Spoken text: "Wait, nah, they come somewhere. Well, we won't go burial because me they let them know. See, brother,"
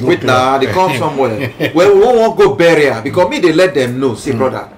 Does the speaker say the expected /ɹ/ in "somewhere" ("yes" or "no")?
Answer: no